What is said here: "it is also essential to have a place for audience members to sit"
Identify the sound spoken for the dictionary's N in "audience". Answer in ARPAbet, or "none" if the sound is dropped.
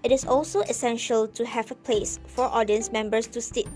N